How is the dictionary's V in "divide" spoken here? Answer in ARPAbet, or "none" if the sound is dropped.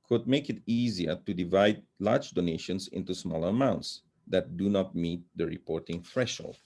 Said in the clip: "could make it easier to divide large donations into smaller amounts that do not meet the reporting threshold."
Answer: V